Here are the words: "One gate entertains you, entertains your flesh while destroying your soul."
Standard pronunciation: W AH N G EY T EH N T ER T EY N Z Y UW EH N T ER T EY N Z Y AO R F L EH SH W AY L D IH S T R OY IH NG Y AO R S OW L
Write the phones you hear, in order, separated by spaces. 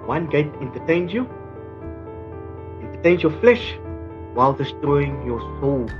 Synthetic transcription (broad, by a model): W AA N G EY T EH N T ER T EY N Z Y UW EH N T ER T EY N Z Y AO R F L EH SH W AY L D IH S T OY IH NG Y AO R S OW L